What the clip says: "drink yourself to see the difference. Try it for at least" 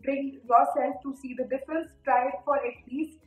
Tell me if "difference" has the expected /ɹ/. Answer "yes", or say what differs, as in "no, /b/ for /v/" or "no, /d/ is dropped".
no, /ɹ/ is dropped